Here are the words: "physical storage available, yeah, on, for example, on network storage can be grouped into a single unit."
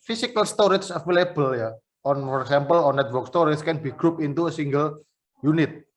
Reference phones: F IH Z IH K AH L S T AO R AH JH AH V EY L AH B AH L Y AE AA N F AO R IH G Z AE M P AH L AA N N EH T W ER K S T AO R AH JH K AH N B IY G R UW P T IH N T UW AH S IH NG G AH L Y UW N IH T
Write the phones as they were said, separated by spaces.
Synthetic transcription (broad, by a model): F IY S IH K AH L S T AO R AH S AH F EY L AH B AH L Y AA AA N F AO R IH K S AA M P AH L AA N N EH T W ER K S T AO R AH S K AH N B IY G R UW P IH N T UW AH S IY NG G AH L Y UW N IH T